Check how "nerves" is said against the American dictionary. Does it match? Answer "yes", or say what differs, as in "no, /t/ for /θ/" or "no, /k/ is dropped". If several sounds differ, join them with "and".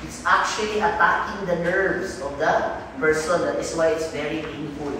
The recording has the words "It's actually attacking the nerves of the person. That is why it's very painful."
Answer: no, /s/ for /z/